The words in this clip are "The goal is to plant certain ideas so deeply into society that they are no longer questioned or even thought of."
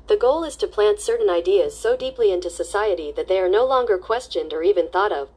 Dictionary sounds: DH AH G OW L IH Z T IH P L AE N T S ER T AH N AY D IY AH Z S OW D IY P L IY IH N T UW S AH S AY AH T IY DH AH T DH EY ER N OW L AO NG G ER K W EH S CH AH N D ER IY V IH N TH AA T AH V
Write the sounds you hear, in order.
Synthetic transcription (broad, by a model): DH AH G OW L IH Z T IH P L AE N T S ER T N AY D IY AH Z S OW D IY P L IY IH N T UW S AH S AY AH T IY DH AH T DH EY ER N OW L AO NG G ER K W EH S CH AH N D ER IY V IH N TH AA T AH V